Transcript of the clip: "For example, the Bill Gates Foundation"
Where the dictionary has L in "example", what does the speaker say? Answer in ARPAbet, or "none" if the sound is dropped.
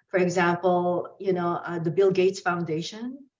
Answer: N